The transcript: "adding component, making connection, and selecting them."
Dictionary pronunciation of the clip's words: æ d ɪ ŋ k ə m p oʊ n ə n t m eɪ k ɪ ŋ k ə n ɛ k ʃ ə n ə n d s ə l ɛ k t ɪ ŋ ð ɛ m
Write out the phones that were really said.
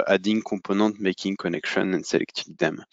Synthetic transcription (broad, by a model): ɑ d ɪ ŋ k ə p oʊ n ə t m eɪ k ɪ ŋ k ə n ɛ k ʃ ə n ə n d s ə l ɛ k t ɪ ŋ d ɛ m